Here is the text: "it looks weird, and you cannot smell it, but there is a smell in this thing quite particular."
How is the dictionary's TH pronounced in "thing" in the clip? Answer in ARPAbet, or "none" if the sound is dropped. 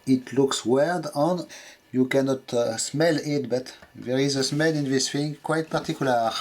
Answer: F